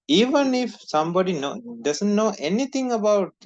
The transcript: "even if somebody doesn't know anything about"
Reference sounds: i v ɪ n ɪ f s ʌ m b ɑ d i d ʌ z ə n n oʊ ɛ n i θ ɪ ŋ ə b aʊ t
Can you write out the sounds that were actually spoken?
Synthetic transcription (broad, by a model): i v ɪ n ɪ f s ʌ m b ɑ d i d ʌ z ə n n oʊ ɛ n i t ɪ ŋ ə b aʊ t